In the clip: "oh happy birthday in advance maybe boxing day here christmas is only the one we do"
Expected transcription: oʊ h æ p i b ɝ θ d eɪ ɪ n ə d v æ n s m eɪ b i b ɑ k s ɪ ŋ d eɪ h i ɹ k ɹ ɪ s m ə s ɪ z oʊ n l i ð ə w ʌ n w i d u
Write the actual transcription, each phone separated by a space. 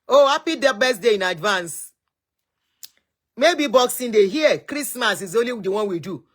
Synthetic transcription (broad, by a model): oʊ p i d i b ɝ s d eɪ ɪ n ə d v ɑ n s m eɪ b i b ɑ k s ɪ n d eɪ h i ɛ k ɹ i s m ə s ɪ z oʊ l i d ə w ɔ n w i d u